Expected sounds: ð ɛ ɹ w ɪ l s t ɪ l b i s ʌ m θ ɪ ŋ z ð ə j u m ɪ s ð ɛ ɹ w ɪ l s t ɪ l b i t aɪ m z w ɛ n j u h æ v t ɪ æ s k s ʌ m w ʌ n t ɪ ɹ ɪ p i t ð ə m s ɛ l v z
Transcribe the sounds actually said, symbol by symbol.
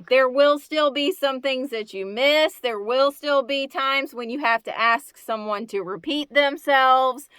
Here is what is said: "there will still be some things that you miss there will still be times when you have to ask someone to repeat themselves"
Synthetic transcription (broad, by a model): ð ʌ ɹ w ɪ l s t ɪ l b i s ʌ m θ ɪ ŋ z ð ə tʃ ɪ m ɪ s ð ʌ ɹ w ɪ l s t ɪ l b i t aɪ m z w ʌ n j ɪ h æ f t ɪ æ s k s ʌ m w ʌ n t ɪ ɹ ɪ p i t ð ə m s ɛ l v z